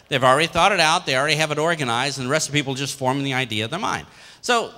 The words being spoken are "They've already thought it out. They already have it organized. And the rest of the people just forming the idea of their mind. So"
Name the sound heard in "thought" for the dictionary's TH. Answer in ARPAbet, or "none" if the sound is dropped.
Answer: TH